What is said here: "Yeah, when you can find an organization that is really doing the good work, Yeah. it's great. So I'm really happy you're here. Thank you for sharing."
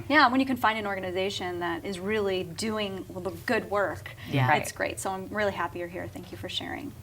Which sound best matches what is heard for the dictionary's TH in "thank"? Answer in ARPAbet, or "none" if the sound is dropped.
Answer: TH